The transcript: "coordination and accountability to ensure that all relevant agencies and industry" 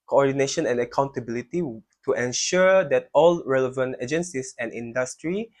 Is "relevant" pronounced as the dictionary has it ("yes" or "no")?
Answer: yes